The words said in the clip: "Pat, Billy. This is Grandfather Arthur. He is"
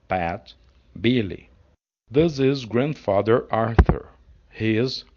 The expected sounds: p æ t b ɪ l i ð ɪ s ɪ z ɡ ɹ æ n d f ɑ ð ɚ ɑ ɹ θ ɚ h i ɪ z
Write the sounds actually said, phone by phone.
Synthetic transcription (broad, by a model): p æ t b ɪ l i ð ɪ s ɪ z ɡ ɹ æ n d f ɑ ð ɚ ɑ ɹ θ ɚ h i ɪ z